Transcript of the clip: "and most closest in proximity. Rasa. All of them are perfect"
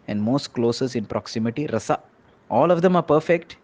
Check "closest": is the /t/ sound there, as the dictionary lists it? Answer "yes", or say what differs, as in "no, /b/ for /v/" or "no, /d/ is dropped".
no, /t/ is dropped